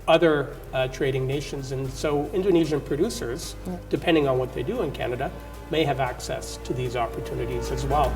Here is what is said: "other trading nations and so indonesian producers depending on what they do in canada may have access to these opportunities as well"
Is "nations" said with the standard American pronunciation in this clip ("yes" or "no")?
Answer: yes